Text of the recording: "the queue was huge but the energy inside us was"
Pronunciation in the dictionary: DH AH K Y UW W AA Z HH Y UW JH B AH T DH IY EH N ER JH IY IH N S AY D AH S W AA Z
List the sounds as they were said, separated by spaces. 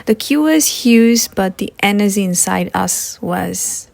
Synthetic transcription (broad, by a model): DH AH K Y UW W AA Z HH Y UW Z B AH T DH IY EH N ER Z IY IH N S AY D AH S W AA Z